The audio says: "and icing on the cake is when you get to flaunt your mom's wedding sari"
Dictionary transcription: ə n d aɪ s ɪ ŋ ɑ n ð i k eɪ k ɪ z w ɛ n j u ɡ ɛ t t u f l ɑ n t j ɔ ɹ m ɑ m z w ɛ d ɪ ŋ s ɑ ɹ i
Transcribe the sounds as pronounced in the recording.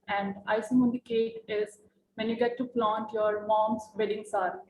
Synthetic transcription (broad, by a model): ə n d aɪ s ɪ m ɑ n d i k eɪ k ɪ z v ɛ n j u ɡ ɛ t t u p l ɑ n t j ɔ ɹ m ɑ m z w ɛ d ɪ ŋ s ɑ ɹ